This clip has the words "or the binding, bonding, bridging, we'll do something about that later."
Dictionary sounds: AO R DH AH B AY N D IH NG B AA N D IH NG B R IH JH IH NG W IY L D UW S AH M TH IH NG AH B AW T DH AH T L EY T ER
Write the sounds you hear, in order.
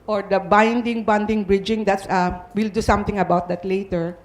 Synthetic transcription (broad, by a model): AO R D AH B AY N D IH NG B AA N D IH NG B R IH JH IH NG W IY L D UW S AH M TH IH NG AH B AW T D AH T L EY T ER